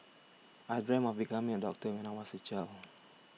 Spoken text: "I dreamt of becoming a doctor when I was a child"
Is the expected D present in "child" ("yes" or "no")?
no